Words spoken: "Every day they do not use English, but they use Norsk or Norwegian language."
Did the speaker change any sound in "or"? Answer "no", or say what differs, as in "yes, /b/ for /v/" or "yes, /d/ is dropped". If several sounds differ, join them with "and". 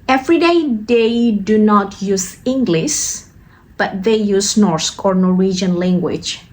no